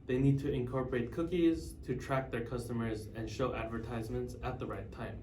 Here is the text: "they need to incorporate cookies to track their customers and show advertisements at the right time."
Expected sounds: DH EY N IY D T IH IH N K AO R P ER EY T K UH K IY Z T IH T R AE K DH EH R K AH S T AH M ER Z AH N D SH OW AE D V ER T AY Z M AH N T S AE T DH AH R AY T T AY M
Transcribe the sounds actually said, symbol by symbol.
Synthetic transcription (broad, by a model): DH EY N IY D T IH IH N K AO R P ER EY T K UH K IY Z T IH T R AE K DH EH R K AH S T AH M ER Z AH N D SH OW AE D V ER T AY Z M AH N T S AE T DH AH R AY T T AY M